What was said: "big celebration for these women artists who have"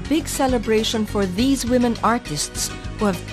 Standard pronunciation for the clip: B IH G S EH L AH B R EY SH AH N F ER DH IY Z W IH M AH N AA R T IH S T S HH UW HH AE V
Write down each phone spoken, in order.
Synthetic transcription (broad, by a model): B IH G S EH L AH B R EY SH AH N F ER DH IY Z W IH M AH N AA R T IH S T S HH UW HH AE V